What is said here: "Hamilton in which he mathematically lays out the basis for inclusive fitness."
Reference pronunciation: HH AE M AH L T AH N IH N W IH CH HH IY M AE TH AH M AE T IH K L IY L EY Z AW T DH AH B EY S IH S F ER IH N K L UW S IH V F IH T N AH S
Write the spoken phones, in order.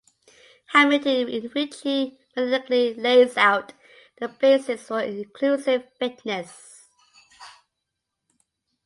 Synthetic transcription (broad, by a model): HH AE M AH T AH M IH N W IH CH HH IY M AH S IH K L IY L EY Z AW T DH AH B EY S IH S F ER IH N K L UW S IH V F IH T N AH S